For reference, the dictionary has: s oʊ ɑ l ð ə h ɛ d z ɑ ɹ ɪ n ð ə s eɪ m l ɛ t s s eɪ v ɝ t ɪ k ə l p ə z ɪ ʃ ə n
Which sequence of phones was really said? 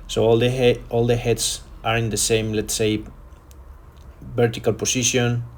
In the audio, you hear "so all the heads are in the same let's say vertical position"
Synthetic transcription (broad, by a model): s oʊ ɑ l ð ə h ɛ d s ɑ ɹ ɪ n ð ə s eɪ m l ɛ t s s eɪ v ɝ t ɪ k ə l p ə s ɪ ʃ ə n